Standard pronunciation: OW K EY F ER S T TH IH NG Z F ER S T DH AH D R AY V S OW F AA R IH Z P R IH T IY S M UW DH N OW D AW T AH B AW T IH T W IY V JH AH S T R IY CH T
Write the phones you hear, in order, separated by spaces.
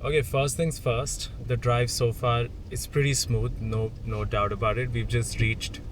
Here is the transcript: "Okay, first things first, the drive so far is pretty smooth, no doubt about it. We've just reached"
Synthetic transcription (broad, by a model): OW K EY F ER S T T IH NG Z F ER S T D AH D R AY V S OW F AA R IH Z P R IH T IY S M UW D N OW D AW T AH B AW T IH T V IY V JH AH S T R IY CH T